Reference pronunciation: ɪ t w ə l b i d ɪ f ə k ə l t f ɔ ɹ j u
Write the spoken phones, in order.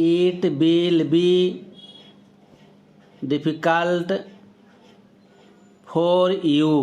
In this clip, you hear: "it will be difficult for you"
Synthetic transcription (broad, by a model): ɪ t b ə l b i d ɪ p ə k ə l t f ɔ ɹ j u